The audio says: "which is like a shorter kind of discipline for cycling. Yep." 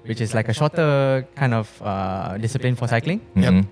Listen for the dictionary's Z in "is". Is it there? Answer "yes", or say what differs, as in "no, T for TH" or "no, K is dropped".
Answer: no, S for Z